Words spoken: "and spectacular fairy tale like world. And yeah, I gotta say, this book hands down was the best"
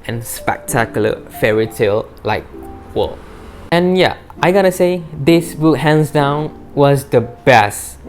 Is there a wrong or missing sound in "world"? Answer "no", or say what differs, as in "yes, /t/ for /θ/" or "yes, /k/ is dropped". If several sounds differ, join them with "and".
yes, /d/ is dropped